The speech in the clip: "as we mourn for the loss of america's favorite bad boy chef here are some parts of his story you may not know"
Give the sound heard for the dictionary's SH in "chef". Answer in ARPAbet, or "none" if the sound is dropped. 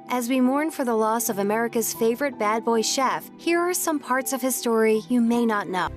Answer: SH